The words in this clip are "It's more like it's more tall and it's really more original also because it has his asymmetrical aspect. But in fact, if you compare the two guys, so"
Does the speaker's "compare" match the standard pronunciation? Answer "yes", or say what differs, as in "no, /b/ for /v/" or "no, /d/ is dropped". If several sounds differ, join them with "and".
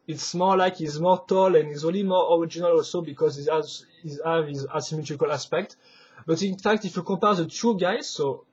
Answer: no, /m/ is dropped